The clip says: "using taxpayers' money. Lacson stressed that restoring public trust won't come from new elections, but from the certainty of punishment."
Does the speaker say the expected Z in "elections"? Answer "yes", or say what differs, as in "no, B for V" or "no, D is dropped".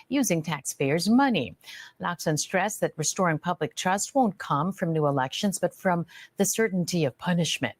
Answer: yes